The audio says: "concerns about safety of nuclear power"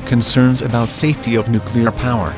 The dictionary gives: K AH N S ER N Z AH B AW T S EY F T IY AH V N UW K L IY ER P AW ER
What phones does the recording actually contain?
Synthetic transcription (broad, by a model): K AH N S ER N Z AH B AW T S EY F T IY AH V N UW K L IY ER P AW ER